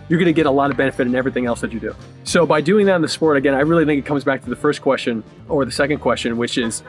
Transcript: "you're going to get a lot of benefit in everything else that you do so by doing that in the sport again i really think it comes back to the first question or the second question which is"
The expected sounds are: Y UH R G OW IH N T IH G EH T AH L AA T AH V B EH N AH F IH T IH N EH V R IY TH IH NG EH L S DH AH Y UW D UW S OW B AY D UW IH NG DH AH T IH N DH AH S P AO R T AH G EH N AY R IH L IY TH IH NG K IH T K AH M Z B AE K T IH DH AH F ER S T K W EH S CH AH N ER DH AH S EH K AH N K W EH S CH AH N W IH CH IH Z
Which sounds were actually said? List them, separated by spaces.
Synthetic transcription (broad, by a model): Y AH R G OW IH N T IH G EH T AH L AA T AH V B EH N AH F IH T IH N EH V R IY TH IH NG EH L S DH AH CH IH D UW S OW B AY D UW IH NG DH AH T N DH AH S P AO R T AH G EH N AY R IH L IY TH IH NG K IH T K AH M Z B AE K T IH DH AH F ER S K W EH S CH AH N ER DH AH S EH K AH N K W EH S CH AH N W IH CH IH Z